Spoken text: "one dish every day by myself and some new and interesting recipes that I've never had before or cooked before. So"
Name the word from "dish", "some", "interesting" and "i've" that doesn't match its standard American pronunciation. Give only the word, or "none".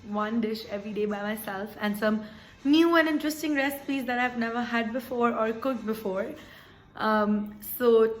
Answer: none